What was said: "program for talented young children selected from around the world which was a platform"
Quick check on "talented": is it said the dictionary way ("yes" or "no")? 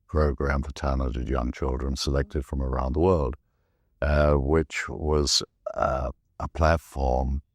no